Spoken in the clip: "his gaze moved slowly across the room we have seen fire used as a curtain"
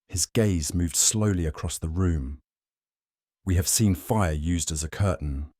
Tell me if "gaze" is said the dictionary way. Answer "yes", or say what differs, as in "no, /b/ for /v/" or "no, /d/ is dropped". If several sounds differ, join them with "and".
yes